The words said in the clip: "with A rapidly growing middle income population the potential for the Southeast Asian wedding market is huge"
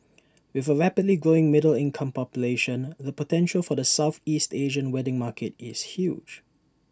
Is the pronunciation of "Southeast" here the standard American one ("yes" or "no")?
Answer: yes